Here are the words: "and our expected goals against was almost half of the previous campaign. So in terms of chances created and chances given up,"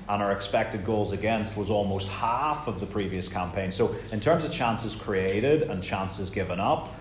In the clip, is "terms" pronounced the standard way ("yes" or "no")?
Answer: yes